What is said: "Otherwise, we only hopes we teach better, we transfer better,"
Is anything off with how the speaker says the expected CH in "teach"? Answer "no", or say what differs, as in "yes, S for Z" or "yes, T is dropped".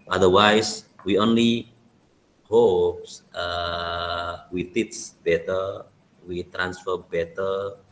yes, S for CH